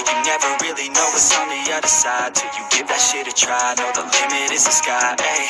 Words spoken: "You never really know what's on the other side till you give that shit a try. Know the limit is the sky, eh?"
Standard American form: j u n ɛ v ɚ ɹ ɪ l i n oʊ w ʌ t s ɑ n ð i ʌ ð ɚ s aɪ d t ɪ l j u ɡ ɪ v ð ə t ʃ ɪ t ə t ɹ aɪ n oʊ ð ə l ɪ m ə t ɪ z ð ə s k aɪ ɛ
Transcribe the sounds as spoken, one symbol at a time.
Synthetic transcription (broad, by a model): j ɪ n ɛ v ɚ ɹ ɪ l i n oʊ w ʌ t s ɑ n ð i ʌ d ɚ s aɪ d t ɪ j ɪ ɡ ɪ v ð ə t ʃ ɪ t ə t ɹ aɪ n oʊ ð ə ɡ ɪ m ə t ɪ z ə s k aɪ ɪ